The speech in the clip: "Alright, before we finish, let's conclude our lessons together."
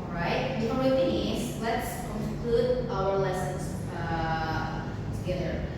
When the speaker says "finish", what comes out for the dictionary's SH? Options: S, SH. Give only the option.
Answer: S